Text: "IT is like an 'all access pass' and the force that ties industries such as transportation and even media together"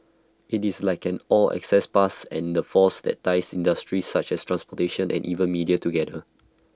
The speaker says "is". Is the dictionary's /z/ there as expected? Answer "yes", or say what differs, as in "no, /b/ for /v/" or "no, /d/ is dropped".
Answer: no, /s/ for /z/